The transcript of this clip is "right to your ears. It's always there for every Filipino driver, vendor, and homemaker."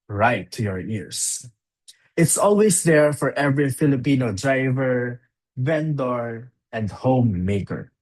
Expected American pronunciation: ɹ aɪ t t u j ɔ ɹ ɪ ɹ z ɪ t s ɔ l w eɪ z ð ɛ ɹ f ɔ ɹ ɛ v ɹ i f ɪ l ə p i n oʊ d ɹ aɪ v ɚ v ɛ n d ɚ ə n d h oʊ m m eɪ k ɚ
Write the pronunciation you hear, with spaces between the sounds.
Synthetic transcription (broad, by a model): ɹ aɪ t t u j ɔ ɹ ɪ ɹ s ɪ t s ɔ l w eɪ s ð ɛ ɹ f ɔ ɹ ɛ v ɹ i f ɪ l ə p i n oʊ d ɹ aɪ v ɚ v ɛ n d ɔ ə n d h oʊ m m eɪ k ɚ